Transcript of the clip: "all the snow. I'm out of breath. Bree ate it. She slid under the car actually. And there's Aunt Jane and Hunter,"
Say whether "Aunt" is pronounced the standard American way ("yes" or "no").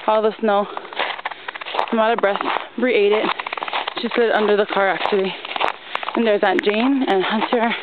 no